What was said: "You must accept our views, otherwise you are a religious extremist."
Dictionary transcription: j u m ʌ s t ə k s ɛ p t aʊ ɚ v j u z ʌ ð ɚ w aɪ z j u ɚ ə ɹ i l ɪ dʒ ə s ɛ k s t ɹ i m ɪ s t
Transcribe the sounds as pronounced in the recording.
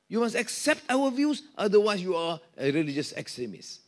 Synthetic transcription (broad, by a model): j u m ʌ s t ə k s ɛ p t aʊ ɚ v j u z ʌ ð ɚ w aɪ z j u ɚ ə ɹ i l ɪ dʒ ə s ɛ k s t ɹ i m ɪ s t